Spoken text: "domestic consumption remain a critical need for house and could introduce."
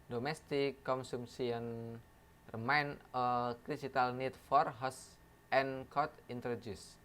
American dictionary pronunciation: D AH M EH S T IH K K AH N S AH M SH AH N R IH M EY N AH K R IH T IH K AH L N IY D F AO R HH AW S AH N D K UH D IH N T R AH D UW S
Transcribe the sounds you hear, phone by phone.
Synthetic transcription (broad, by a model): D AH M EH S T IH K K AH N S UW M S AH N R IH M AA N AH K R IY S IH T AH L N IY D F AO R HH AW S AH N K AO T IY N T R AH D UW S